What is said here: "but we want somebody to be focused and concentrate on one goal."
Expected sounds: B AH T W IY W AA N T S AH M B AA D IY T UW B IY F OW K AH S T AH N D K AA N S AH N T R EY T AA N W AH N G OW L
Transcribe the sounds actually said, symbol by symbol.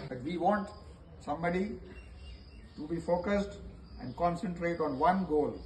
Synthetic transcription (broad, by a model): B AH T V IY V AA N T S AH M B AA D IY T UW B IY F OW K AH S T AH N D K AA N S AH N T R EY T AA N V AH N G OW L